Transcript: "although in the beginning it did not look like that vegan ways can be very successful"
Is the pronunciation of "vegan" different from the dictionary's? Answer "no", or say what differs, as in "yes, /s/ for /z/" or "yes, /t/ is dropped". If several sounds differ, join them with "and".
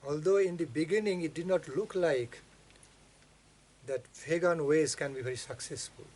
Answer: yes, /p/ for /v/